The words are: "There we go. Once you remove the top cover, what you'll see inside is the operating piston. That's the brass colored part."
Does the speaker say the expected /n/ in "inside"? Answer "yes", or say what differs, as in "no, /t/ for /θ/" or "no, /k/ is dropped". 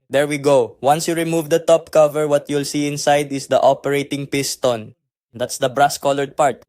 yes